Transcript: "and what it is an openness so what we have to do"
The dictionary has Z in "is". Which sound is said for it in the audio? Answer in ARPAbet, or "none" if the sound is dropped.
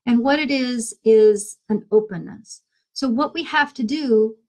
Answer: Z